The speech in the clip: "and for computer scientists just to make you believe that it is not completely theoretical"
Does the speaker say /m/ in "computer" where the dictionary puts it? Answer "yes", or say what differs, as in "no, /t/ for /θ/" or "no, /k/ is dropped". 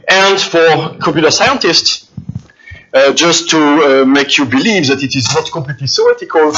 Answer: no, /m/ is dropped